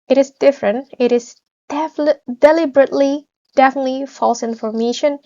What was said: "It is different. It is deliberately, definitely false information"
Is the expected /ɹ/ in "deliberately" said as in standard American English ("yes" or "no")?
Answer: yes